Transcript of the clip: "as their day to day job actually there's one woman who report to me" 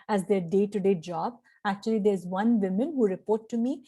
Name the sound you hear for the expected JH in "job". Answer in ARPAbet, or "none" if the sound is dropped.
JH